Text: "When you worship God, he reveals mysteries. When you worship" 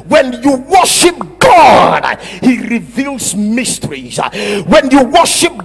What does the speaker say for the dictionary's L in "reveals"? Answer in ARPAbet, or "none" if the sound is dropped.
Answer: L